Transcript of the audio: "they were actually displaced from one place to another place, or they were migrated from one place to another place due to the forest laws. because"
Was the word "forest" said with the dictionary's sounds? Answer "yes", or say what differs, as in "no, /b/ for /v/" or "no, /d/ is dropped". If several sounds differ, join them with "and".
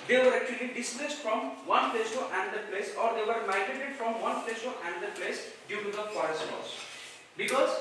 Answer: no, /p/ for /f/